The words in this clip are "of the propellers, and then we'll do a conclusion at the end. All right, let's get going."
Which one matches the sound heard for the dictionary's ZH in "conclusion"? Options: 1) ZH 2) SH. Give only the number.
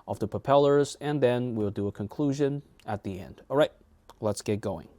1